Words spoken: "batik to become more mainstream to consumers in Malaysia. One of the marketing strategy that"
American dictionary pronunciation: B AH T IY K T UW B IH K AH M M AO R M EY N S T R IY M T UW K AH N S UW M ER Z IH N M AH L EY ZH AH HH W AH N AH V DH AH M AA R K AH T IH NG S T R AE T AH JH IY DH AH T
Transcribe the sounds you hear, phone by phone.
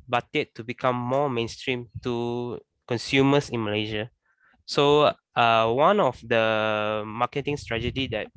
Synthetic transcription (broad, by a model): B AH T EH T UW B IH K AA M M AO M EY N S T R IY M T UW K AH N S UW M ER S IH N M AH L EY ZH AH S W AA N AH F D AH M AA K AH T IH NG S T R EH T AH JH IY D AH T